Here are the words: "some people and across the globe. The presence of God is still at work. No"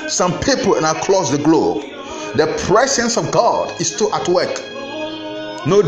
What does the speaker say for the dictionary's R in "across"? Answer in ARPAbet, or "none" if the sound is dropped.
L